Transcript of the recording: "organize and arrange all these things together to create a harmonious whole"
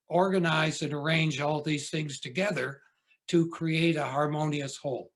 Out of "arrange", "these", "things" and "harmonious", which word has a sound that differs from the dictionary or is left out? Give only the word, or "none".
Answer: none